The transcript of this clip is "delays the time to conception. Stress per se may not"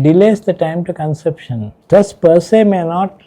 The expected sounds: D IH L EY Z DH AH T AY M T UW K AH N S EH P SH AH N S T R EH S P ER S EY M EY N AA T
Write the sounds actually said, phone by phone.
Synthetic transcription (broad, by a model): D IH L EY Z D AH T AY M T UW K AH N S EH P SH AH N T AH S P ER S EY M EY N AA T